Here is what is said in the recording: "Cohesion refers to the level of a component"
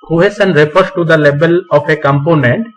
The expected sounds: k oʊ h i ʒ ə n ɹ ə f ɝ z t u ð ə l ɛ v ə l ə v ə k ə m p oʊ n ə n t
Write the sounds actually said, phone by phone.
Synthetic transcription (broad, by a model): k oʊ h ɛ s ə n ɹ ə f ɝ s t u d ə l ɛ b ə l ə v ə k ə m p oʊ n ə n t